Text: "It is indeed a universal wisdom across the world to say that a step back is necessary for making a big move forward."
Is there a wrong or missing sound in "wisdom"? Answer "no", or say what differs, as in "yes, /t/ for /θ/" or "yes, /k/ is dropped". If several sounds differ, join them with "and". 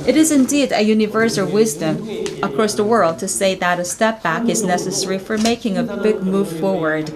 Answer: no